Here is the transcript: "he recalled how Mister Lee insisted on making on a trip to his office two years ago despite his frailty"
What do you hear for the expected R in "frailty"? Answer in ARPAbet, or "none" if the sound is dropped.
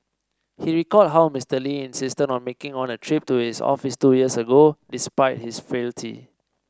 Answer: none